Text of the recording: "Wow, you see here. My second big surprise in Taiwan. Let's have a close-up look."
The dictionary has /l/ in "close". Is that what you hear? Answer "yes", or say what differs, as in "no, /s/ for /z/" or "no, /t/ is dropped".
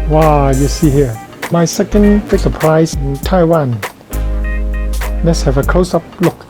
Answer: no, /l/ is dropped